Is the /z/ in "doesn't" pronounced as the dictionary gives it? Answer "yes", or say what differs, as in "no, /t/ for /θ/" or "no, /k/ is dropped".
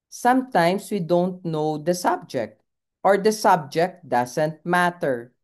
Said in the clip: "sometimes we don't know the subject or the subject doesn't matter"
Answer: no, /s/ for /z/